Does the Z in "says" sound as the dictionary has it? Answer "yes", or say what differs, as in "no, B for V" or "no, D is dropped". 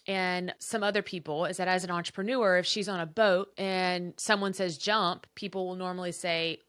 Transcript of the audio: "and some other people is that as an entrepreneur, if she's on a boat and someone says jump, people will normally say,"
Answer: yes